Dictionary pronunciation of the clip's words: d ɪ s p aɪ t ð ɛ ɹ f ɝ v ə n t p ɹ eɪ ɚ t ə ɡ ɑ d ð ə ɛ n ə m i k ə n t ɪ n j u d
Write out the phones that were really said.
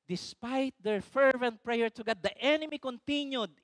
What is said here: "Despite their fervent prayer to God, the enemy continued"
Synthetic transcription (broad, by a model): d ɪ s p aɪ t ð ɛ ɹ f ɝ v ə n t p ɹ eɪ ɚ t ə ɡ ɑ d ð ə ɛ n ə m i k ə n t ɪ n j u d